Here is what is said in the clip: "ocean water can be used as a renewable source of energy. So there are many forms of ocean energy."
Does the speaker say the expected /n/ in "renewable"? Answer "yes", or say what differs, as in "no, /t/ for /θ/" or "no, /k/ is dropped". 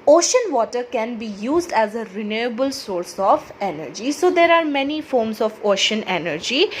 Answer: yes